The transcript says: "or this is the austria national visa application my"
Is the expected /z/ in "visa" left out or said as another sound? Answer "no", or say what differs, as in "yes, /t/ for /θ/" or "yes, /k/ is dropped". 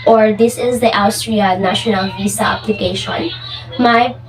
yes, /s/ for /z/